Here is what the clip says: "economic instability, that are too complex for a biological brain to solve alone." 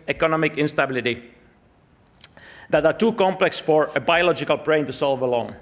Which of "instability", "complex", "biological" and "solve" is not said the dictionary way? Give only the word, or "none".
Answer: none